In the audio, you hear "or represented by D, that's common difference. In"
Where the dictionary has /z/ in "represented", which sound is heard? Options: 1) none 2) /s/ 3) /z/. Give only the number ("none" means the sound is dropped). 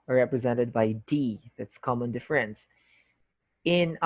3